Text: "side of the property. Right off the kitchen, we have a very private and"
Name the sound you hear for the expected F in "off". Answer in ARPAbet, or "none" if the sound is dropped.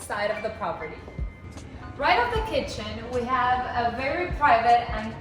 P